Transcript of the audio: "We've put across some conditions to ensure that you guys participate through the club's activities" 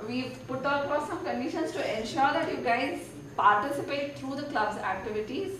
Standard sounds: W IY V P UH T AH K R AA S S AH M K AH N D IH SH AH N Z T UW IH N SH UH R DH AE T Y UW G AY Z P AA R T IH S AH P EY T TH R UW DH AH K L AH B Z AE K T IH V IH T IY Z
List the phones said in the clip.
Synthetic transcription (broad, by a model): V IY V P UH T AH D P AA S S AH M K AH N D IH SH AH N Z T UW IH N SH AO R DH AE T Y UW G AY Z P AA R T IH S AH P EY T T R UW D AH K L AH B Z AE K T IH V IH T IY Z